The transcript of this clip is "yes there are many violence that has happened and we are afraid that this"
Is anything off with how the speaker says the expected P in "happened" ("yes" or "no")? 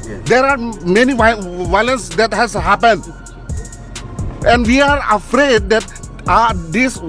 no